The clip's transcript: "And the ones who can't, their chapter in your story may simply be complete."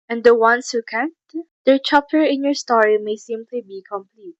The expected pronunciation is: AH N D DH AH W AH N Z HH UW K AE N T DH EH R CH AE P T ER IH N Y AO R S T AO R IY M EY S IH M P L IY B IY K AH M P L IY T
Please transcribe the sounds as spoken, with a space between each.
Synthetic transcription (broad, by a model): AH N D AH W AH N S HH UW K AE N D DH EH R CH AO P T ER IH N Y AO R S T AO R IY M EY S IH M P L IY B IY K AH M P L IY T